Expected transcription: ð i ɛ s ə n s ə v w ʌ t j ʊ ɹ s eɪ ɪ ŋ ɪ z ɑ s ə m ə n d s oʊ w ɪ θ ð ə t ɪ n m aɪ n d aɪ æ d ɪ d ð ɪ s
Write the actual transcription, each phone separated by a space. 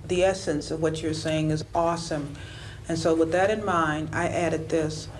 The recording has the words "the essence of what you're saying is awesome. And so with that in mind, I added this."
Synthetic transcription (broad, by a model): ð i ɛ s ə n s ə v w ʌ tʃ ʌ ɹ s eɪ ɪ ŋ ɪ z ɑ s ə m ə n s oʊ w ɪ ð ə t ɪ n m aɪ n aɪ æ d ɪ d ð ɪ s